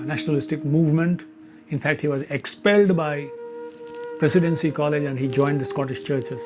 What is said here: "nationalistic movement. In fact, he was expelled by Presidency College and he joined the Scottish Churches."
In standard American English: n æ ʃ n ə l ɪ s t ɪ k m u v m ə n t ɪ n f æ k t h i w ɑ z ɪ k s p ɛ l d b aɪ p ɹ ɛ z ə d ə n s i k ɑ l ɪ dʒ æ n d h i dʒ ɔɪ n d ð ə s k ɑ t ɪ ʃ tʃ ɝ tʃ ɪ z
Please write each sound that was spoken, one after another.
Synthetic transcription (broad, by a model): n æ ʃ n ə l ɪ s t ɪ k m u v m ə n t ɪ n f æ k t h i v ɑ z ɪ k s p ɛ l d b aɪ p ɹ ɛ s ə d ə n s i k ɑ l ɪ dʒ æ n d h i dʒ ɔɪ n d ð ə s k ɑ t ɪ ʃ tʃ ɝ tʃ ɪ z